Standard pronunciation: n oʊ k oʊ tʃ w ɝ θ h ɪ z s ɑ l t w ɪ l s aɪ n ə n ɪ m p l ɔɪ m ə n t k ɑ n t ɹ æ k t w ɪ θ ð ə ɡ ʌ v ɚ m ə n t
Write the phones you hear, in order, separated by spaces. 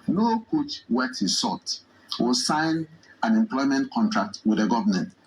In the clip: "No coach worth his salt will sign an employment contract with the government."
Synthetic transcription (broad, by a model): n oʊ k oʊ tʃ w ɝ t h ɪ s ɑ t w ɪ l s aɪ n ə n ɪ m p l ɔɪ m ə n t k ɑ n t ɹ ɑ k t w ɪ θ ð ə ɡ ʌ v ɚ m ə n t